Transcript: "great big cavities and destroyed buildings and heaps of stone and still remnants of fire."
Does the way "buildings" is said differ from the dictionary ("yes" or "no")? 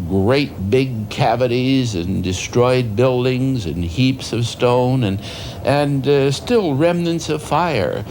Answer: no